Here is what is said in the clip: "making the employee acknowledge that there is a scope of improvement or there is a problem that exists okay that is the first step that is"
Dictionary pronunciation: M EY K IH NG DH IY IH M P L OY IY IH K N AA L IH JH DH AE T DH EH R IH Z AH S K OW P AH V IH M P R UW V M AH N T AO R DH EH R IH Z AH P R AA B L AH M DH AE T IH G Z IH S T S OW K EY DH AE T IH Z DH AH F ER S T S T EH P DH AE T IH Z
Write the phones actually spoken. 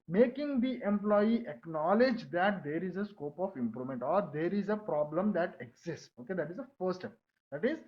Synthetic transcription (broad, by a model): M EY K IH NG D IY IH M P L OY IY IH K N AA L IH JH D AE T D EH R IH Z AH S K OW P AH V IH M P R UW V M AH N T AO R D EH R IH Z AH P R AA B L AH M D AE T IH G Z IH S T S OW K EY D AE T IH Z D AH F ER T S T EH P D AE T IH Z